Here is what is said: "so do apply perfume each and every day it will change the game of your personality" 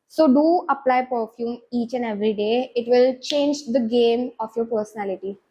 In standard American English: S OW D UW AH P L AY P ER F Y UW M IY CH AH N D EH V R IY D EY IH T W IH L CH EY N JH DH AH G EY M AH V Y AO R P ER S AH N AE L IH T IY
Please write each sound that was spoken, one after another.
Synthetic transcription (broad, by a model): S OW D UW AH P L AY P ER F Y UW M IY CH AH N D EH V R IY D EY IH T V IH L CH EY N JH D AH G EY M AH F Y AO R P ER S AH N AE L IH T IY